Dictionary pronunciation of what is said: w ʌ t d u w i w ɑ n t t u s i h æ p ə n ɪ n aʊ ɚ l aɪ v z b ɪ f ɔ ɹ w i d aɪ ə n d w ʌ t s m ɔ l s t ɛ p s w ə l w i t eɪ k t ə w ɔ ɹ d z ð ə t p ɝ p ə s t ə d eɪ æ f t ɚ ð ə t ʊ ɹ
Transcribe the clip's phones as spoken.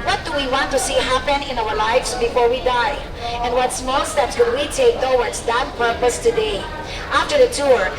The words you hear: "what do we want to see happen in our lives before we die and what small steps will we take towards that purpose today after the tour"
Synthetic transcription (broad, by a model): w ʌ t d u w i w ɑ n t t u s i h æ p ə n ɪ n aʊ ɚ l aɪ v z b ɪ f ɔ ɹ w i d aɪ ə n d w ʌ t s m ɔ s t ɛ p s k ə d w i t eɪ k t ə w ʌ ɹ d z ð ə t p ɝ p ə s t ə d eɪ æ f t ɚ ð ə t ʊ ɹ